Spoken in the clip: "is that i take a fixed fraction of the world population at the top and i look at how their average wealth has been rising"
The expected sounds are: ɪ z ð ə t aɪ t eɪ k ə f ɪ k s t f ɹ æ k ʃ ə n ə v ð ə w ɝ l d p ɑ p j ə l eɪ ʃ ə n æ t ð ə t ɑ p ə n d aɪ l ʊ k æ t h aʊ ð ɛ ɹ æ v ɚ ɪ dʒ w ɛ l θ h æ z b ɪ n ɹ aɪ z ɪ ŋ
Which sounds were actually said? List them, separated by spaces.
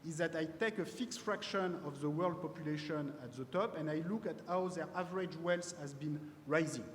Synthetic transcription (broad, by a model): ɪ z ð ə t aɪ t eɪ k ə f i k s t f ɹ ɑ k ʃ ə n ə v ð ə w ɝ l d p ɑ p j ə l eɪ ʃ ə n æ t ð ə t ɑ p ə n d aɪ l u k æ t h aʊ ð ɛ ɹ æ v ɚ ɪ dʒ w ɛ l s h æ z b ɪ n ɹ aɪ z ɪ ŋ